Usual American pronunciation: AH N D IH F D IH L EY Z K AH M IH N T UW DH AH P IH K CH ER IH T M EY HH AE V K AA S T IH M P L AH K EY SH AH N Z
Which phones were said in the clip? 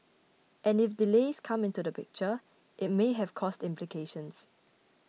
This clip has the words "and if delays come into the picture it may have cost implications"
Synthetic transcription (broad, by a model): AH N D IH F D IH L EY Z K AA M IH N T UW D AH P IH K CH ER IH T M EY HH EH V K AA S T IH M P L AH K EY SH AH N S